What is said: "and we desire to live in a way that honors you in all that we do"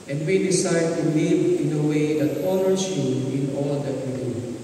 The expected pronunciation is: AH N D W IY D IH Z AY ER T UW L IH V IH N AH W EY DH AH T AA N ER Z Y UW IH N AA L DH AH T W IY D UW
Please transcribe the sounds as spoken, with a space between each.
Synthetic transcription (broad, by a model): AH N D W IY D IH S AY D T UW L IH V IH N AH W EY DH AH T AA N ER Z Y UW IH N AA L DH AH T W IY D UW